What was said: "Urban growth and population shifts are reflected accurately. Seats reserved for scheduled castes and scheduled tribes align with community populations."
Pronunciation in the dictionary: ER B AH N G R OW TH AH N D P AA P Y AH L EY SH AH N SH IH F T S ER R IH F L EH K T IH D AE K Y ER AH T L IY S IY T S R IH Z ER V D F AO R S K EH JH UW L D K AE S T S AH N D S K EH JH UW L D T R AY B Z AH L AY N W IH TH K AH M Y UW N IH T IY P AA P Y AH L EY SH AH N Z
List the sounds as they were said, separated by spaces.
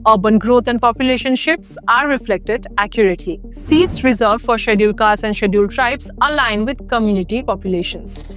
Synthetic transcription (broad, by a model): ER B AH N G R OW T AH N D P AA P Y AH L EY SH AH N SH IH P S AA R IH F L EH K T IH D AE K Y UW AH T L IY S IY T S R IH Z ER D F AO R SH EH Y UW L K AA T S AH N D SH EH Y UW L T R AY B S AH L AY N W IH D K AH M Y UW N IH T IY P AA P Y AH L EY SH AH N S